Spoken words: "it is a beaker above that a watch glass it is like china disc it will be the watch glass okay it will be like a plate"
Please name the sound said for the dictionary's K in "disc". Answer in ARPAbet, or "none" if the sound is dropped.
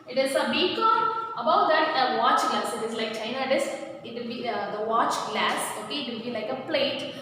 none